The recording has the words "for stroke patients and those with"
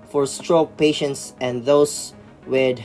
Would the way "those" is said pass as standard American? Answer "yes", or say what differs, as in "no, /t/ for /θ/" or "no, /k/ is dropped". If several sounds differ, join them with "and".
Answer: no, /s/ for /z/